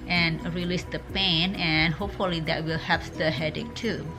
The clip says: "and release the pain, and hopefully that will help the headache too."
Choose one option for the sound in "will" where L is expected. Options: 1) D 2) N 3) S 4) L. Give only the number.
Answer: 4